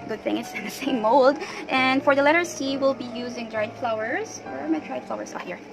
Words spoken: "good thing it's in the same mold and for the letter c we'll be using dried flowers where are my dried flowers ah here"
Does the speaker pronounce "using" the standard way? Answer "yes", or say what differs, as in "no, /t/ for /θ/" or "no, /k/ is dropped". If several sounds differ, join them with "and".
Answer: yes